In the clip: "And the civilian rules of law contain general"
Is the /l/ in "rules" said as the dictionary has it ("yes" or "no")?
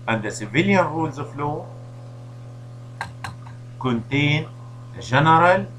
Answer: yes